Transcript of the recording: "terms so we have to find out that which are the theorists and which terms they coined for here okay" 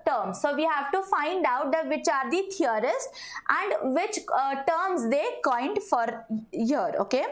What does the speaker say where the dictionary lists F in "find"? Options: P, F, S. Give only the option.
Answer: F